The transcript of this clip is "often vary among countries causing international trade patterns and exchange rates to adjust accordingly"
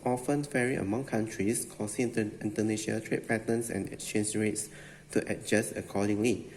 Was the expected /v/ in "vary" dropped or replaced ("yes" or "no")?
yes